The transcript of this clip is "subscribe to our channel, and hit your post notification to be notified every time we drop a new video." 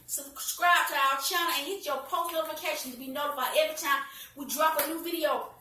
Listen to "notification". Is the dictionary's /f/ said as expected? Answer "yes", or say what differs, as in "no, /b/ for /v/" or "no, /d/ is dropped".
no, /f/ is dropped